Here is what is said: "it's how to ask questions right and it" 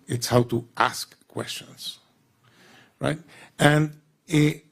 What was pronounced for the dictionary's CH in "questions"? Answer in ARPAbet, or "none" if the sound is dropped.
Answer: CH